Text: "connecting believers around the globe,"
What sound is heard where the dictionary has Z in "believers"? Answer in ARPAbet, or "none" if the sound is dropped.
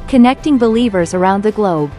Z